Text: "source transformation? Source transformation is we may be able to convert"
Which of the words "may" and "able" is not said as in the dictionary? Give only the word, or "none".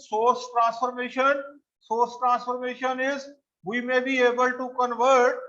none